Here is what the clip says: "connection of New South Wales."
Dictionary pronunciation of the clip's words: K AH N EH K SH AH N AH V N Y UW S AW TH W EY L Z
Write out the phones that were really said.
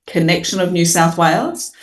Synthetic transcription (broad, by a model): K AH N EH K SH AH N AH V N Y UW S AW TH W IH L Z